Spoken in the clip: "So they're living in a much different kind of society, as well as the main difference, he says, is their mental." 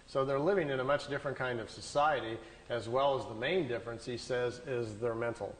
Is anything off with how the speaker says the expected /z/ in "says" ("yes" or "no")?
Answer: no